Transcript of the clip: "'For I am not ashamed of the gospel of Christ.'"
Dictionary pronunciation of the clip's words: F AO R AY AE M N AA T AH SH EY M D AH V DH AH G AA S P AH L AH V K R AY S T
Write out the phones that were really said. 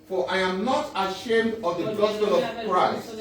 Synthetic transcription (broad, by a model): F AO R AY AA M N AA T AH SH EY M D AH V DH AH G AA S P AH L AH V K R AY S T